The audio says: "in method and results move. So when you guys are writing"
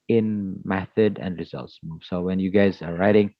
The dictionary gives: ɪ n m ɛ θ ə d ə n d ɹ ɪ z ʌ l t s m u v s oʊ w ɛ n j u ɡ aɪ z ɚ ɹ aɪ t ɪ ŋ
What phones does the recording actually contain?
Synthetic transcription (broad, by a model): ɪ n m ɛ θ ə d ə n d ɹ ɪ z ʌ l t s m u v s oʊ w ɛ n j u ɡ aɪ z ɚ ɹ aɪ t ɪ ŋ